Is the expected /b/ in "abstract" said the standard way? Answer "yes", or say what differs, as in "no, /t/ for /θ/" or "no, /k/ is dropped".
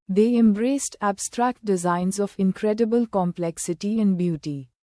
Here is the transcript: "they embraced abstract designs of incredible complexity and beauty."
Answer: yes